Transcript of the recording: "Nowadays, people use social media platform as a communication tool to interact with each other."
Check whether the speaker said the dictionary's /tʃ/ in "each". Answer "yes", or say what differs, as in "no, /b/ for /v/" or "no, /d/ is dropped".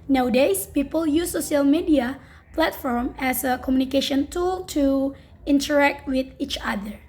yes